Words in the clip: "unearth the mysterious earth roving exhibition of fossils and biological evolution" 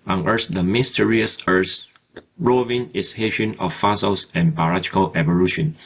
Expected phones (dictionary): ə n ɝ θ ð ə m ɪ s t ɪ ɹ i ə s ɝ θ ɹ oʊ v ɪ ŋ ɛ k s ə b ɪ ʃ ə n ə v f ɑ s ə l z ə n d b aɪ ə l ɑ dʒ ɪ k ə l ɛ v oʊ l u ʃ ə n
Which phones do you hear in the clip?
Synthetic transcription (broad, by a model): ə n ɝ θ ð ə m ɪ s t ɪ ɹ i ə s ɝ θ ɹ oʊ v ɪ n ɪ s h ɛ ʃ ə n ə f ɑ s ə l s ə n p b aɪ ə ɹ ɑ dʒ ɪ k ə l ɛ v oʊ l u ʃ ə n